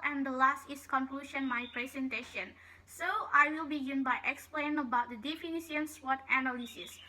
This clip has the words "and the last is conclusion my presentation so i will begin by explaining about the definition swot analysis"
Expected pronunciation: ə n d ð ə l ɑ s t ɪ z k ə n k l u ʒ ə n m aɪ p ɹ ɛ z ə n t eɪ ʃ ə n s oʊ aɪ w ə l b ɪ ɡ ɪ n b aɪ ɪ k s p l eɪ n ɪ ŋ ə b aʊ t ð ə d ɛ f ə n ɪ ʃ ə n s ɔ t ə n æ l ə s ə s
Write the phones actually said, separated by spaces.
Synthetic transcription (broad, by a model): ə n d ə l ɑ s t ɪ s k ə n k l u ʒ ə n m aɪ p ɹ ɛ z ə n t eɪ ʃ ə n s oʊ aɪ w ə l b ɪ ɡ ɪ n b aɪ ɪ k s p l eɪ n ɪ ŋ ə b aʊ t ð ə d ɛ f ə n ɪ s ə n s ɔ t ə n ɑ l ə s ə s